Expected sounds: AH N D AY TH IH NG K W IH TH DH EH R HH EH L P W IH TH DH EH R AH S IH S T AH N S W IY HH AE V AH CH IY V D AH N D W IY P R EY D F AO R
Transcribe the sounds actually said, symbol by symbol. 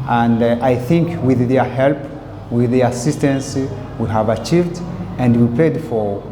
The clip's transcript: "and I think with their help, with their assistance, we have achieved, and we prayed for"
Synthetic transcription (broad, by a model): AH N D AY TH IH NG K W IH DH EH R HH EH L P W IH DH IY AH S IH S T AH N S W IY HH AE V AH CH IY V D AH N D W IY P EY D F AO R